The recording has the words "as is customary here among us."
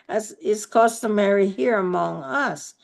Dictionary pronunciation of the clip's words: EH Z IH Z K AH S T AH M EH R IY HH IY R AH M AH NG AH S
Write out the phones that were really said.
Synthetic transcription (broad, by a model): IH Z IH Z K AH S T AH M EH R IY HH IY R AH M AH NG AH S